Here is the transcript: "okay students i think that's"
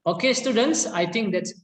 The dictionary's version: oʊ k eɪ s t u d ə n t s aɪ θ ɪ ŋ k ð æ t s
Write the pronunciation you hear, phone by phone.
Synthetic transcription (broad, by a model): oʊ k eɪ s t u d ə n t s aɪ t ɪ ŋ k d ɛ t s